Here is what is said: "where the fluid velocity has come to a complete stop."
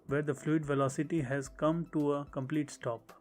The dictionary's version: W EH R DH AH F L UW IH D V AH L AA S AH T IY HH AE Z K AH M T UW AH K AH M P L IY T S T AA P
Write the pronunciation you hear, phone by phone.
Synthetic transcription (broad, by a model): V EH R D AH F L UW IH D V AH L AA S AH T IY HH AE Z K AH M T UW AH K AH M P L IY T S T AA P